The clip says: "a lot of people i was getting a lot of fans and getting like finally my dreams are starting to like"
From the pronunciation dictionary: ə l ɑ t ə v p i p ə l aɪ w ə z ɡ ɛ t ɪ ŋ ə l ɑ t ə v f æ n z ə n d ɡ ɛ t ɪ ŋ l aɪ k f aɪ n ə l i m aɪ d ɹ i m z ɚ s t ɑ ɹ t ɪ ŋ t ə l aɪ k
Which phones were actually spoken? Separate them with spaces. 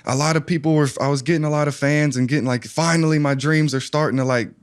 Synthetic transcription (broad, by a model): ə l ɑ t ə v p i p ə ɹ aɪ w ə z ɡ ɛ t ɪ ŋ ə l ɑ t ə v f æ n z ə n ɡ ɛ t ɪ ŋ l aɪ k f aɪ n l i m aɪ d ɹ i m z ɚ s t ɑ ɹ t ɪ ŋ t ə l aɪ k